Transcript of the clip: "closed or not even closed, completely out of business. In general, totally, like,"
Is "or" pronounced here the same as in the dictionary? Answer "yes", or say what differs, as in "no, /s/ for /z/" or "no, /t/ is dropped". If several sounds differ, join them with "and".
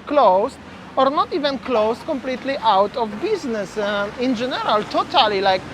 yes